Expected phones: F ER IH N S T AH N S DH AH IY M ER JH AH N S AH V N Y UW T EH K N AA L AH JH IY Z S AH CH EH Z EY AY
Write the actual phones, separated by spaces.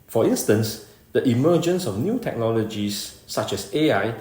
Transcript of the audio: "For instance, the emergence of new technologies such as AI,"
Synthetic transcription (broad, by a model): F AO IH N S T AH N S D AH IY M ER JH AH N S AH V N Y UW T EH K N AA L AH JH IY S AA CH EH S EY AY